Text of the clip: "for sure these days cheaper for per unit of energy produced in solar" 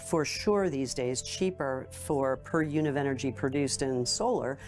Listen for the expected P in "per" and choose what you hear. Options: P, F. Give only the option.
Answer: P